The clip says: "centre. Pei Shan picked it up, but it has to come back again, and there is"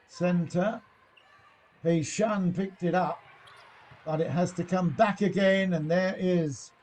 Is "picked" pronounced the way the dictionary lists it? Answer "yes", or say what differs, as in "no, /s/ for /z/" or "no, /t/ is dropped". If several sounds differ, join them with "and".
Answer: yes